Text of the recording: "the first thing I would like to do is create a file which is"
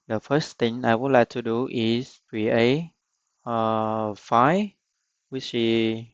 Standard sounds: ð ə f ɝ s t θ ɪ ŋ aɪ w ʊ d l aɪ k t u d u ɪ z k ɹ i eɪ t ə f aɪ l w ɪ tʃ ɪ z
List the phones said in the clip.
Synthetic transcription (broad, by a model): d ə f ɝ s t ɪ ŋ aɪ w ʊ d l aɪ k t u d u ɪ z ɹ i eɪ ə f aɪ w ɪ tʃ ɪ